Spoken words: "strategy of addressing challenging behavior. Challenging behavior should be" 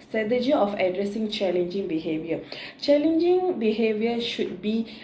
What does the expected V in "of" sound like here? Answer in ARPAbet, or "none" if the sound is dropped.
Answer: F